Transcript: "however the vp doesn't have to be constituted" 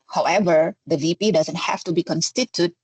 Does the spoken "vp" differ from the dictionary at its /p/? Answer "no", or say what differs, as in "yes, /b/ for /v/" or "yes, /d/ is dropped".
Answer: no